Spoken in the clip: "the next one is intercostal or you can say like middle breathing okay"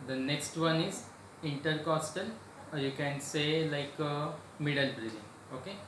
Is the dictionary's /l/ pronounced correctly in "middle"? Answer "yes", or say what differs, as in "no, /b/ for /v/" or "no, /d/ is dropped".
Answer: yes